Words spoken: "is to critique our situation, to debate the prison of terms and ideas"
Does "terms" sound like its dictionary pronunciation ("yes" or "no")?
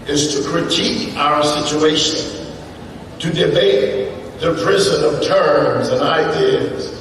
yes